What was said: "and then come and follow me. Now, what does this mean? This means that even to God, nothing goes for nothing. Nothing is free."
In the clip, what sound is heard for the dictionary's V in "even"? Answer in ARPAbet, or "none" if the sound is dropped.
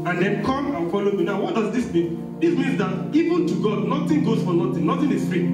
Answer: V